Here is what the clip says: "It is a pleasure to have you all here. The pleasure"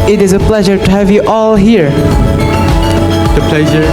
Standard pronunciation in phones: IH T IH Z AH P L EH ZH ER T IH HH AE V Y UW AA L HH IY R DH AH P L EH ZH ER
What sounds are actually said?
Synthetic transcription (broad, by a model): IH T IH Z AH P L EH ZH ER T IH HH AE V Y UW AA L HH IY R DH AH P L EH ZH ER